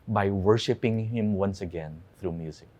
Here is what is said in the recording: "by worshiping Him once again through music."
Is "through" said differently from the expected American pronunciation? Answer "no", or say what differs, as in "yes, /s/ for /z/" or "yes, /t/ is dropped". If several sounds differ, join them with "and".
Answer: no